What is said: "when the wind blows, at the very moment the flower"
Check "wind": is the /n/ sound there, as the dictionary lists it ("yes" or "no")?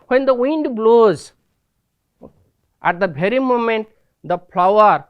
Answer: yes